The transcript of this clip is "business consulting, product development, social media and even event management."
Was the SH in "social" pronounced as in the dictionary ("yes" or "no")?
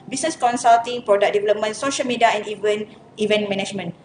yes